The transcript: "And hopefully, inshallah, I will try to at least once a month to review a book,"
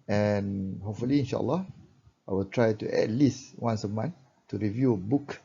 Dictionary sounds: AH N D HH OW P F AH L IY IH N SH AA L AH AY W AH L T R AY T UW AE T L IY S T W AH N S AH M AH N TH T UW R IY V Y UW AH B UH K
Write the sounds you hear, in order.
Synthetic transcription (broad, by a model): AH N HH OW P F AH L IY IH N SH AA L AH AY W AH L T R AY T UW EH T L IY S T W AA N S AH M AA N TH T UW R IY V Y UW AH B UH K